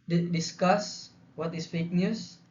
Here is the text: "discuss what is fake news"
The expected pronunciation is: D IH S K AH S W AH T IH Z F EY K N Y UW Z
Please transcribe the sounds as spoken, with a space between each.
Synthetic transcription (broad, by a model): D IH S K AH S W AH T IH S F EY K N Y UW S